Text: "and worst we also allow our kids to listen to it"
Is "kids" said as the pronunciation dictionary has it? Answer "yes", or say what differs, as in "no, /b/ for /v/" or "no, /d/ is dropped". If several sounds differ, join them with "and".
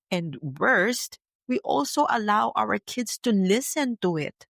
no, /s/ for /z/